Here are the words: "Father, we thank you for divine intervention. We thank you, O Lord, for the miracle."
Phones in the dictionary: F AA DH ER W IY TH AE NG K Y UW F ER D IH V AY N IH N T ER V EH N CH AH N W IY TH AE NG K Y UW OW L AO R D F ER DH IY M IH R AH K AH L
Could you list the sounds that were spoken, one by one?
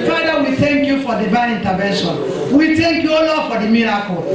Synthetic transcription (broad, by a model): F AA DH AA W IY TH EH NG K Y UW F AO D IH B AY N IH N T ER V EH N SH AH N W IY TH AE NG K Y UW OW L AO F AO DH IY M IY R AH K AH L